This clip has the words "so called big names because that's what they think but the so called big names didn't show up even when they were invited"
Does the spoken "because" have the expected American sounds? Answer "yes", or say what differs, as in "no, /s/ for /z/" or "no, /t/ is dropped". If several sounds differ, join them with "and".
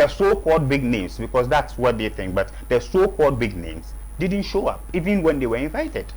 no, /s/ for /z/